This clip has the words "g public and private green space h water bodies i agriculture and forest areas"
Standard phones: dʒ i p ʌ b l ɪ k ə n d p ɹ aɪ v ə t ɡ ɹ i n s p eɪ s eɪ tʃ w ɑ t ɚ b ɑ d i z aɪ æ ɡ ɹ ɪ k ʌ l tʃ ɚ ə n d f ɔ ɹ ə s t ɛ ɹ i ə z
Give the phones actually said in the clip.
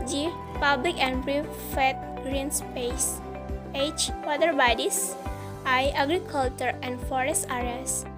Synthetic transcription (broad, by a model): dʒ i p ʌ b l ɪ k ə n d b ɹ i f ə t ɡ ɹ i n s p eɪ s eɪ tʃ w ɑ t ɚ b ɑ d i s aɪ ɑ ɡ ɹ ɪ k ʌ l tʃ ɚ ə n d f ɔ ɹ ə s t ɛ ɹ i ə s